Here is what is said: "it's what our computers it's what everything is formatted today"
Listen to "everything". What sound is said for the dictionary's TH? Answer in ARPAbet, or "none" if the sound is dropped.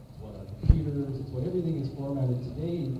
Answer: TH